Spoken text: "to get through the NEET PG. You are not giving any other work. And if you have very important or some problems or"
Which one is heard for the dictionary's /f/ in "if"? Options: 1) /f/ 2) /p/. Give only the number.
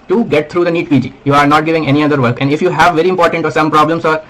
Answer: 1